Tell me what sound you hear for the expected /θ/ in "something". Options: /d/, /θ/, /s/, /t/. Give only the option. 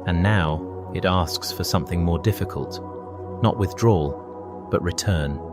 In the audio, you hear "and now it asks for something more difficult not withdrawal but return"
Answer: /θ/